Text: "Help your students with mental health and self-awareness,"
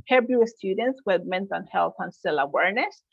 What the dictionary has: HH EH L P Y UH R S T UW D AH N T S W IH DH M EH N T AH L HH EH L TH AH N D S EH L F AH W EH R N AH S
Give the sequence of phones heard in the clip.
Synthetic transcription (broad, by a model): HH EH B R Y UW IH S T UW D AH N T S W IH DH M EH N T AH N HH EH L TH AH N S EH L AH W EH R N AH S